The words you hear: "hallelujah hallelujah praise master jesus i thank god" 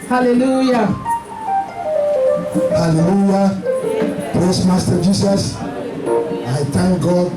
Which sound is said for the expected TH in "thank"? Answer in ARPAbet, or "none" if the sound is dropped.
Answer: T